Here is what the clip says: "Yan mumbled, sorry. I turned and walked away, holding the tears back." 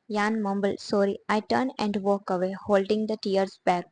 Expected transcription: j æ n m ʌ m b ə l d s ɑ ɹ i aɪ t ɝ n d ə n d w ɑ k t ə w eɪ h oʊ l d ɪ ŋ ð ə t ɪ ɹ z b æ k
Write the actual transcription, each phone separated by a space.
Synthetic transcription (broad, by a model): j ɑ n m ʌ m b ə l s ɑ ɹ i aɪ t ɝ n ə n d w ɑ k ə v eɪ h oʊ l d ɪ ŋ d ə t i ɹ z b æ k